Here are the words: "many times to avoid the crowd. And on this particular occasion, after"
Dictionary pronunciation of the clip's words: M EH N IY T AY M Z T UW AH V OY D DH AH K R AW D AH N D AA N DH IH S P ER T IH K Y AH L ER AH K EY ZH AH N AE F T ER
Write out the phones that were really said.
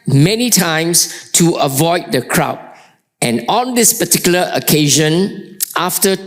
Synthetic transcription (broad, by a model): M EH N IY T AY M S T UW AH V OY D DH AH K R AW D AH N AA N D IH S P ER T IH K Y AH L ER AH K EY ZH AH N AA F T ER